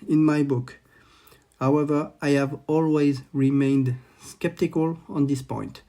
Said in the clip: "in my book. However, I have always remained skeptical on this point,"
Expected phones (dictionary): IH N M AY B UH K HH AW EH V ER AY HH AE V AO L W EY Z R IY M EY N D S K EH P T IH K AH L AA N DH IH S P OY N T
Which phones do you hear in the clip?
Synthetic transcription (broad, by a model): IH N M AY B UH K HH AW EH V ER AY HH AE V AO L W EY Z R IY M EY N D S K EH P T IH K AH L AA N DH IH S P OY N T